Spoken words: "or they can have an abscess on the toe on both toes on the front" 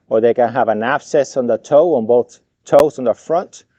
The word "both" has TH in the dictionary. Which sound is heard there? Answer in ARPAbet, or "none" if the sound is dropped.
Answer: TH